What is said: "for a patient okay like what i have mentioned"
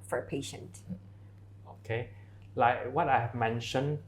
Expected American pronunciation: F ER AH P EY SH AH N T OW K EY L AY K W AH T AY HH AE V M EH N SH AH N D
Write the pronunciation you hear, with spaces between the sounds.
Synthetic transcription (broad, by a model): F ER AH P EY SH AH N T OW K EY L AY K W AH T AY HH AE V M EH N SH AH N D